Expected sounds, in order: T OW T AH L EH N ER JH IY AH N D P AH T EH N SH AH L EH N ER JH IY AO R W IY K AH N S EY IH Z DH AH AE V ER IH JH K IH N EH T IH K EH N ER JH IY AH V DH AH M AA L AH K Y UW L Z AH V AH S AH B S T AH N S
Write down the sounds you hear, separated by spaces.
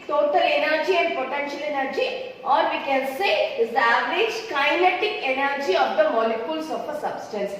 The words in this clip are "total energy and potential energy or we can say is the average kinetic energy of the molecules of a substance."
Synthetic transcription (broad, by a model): T OW T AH L EH N ER JH IY AH N D P AH T EH N SH AH L EH N ER JH IY AO R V IY K AH N S EY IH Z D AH AE V ER IH JH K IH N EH T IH K EH N ER JH IY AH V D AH M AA L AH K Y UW L S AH F AH S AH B S T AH N S